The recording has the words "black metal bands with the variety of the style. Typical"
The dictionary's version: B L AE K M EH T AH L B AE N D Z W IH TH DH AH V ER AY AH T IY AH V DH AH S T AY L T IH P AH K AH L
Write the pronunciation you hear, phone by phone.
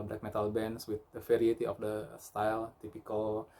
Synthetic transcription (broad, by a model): B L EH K M EH T AH L B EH N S W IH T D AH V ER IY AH T IY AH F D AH S T AY L T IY P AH K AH L